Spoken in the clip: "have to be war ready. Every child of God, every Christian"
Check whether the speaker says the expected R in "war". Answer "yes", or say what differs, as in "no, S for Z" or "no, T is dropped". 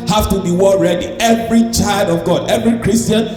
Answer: no, L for R